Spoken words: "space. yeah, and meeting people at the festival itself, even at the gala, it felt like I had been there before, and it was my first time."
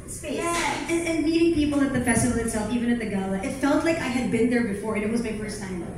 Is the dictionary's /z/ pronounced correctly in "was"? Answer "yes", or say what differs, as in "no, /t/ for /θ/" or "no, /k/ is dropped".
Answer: yes